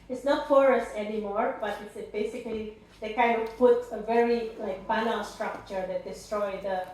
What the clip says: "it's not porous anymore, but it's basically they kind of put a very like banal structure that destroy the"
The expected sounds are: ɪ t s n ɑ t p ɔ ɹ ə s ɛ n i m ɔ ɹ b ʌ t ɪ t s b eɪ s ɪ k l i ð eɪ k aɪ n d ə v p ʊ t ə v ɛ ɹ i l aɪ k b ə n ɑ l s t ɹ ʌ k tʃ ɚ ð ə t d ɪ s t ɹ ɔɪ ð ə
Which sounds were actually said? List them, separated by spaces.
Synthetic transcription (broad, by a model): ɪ t s n ɑ t f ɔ ɹ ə s ɛ n i m ɔ ɹ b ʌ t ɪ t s b eɪ s ɪ k l i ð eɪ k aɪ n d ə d p ʊ t ə v ɛ ɹ i l aɪ k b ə l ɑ n s t ɹ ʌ k tʃ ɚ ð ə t d ɪ s t ɹ ɔɪ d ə